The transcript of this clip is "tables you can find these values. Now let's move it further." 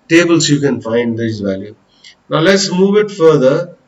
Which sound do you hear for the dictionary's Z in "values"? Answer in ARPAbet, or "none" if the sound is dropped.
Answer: none